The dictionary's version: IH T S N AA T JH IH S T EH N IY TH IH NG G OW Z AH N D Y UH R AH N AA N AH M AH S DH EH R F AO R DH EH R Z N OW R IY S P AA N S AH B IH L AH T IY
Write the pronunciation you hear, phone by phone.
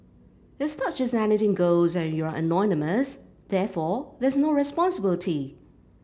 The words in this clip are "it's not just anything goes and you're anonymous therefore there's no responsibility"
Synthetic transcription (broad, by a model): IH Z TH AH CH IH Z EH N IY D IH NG G OW Z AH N Y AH R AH N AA N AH M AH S DH EH R F AO R DH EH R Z N OW R IY S P AA N S AH B IH L AH T IY